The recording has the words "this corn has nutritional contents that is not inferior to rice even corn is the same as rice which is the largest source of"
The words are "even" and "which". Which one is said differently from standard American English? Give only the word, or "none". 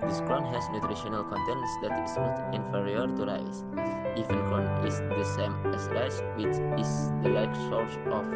even